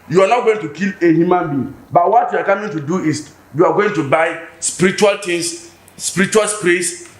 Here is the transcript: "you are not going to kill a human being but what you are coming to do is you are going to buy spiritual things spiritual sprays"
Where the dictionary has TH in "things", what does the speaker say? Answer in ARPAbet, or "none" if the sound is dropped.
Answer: T